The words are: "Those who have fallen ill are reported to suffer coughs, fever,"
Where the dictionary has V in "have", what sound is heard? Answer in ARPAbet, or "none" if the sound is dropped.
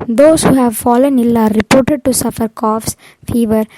V